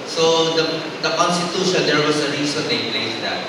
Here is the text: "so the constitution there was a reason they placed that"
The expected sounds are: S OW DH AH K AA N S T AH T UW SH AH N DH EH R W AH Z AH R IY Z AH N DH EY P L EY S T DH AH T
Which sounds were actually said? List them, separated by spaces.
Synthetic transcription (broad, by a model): S OW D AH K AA N S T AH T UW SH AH N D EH R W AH S AH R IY S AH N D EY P L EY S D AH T